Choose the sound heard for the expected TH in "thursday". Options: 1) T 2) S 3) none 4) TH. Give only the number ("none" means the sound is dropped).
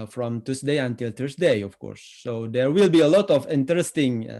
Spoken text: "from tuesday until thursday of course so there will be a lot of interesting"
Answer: 1